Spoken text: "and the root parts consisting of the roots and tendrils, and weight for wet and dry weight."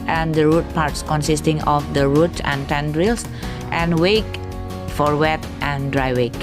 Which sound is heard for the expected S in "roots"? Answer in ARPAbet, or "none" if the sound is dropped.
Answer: none